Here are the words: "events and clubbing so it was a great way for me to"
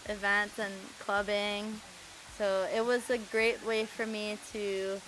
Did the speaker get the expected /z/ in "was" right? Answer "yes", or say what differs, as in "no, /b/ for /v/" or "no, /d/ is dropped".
yes